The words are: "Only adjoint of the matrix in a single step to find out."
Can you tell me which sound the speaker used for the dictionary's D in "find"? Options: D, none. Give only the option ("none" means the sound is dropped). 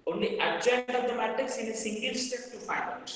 none